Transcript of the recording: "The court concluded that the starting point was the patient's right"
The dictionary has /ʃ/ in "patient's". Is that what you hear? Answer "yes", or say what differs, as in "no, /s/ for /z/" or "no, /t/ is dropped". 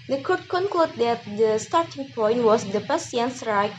no, /s/ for /ʃ/